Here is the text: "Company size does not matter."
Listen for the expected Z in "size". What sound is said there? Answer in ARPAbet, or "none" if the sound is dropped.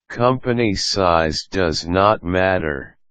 Z